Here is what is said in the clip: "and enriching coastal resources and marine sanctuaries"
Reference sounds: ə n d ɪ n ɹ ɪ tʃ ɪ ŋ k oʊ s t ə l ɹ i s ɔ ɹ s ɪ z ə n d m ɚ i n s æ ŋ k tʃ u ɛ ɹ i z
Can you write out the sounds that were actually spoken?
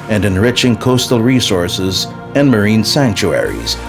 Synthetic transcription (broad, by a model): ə n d ɪ n ɹ ɪ tʃ ɪ ŋ k oʊ s t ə l ɹ i s ɔ ɹ s ɪ z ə n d m ɚ i n s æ ŋ k tʃ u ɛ ɹ i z